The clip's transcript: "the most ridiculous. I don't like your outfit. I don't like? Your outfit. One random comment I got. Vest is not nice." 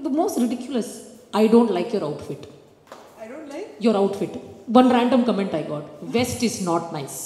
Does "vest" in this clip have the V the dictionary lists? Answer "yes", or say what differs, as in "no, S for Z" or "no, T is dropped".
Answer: yes